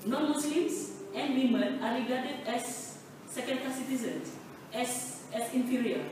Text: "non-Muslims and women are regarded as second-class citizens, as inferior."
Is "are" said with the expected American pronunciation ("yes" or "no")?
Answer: yes